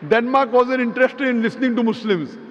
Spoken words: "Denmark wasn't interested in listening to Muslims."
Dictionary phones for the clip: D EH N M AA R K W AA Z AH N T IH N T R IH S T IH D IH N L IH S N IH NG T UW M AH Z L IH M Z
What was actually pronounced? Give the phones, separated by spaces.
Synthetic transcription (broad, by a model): D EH N M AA R K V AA Z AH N IH N T R IH S T IH D IH N L IH S N IH NG T UW M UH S L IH M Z